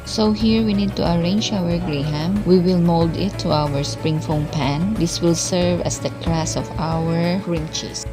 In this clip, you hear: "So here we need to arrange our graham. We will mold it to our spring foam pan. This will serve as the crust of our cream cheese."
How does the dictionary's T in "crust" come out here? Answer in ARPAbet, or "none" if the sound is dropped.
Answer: none